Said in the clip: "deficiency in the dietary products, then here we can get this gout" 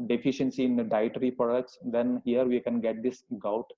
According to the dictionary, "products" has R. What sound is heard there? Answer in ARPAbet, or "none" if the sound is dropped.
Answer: none